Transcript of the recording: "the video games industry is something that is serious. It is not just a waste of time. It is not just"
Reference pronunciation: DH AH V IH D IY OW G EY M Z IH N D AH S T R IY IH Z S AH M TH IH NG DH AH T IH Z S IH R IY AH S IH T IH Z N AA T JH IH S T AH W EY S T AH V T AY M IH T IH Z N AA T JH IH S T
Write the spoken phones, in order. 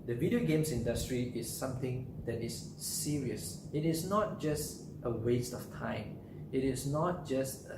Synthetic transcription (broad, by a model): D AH V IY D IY OW G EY M S IH N D AH S T R IY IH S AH M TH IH NG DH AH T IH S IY R IY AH S IH T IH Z N AA T JH IH S T AH W EY S T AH F T AY M IH T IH S N AA T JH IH S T